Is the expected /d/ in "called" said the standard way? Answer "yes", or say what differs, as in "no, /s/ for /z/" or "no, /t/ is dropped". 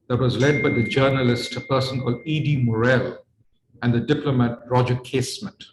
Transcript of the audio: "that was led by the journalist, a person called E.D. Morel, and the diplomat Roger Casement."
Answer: yes